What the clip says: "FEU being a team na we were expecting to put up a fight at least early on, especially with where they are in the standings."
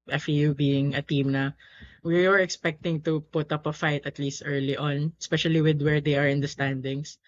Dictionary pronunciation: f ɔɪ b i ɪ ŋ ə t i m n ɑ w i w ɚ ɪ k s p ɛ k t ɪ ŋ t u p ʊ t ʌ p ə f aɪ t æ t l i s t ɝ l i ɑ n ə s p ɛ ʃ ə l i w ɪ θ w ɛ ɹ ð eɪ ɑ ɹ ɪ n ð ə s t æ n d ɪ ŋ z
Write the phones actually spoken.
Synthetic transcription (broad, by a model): f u b i ɪ ŋ ə t i m n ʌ w i w ɚ ɪ k s p ɛ k t ɪ ŋ t u p ʊ t ʌ p ə f aɪ t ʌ t l i s t ɝ l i ɑ n s p ɛ ʃ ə l i w ɪ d w ɛ ɹ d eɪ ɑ ɹ ɪ n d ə s t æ n d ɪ ŋ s